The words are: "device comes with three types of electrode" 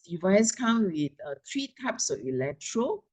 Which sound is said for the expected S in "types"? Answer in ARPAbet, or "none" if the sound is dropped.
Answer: S